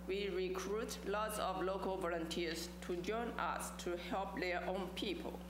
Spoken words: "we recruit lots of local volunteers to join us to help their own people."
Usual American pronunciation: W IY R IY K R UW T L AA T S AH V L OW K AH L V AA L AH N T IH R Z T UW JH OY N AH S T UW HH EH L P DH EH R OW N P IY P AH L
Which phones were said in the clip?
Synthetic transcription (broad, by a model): W IY R IY K R UW T L AA T S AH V L OW K AH L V AA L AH N T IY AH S T UW JH OY N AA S T UW HH EH L P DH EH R OW N P IY P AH L